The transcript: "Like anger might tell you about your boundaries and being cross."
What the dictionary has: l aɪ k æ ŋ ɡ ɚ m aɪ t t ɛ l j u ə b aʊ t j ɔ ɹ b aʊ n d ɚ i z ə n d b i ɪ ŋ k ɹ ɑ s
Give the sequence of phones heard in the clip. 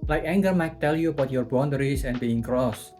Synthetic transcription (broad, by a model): l aɪ k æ ŋ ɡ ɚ m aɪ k t ɛ l j u ə b aʊ t j ɔ ɹ b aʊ n d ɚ i s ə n b i ɪ ŋ k ɹ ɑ s